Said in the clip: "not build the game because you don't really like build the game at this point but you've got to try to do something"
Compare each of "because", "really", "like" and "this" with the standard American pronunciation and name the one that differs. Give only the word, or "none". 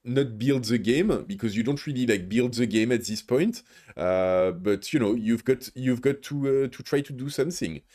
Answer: none